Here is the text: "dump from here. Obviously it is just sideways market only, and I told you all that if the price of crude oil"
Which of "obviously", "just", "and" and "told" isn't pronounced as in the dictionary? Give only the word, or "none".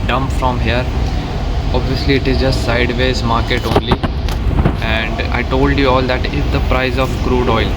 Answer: none